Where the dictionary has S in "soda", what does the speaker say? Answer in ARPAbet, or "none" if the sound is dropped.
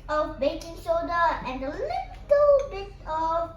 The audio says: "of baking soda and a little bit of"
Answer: SH